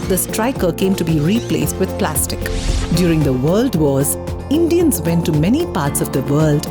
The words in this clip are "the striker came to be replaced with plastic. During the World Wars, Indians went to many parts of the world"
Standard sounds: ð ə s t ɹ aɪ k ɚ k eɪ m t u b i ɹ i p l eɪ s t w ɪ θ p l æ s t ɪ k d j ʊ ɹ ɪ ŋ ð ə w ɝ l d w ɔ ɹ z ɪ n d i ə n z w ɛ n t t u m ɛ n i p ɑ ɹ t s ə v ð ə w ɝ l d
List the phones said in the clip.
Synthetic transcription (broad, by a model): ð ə s t ɹ aɪ k ɚ k eɪ m t u b i ɹ i p l eɪ s t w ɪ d p l æ s t ɪ k d j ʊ ɹ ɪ ŋ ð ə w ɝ l d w ɔ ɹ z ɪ n d i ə n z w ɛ n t t u m ɛ n i p ɑ ɹ t s ə v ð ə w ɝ l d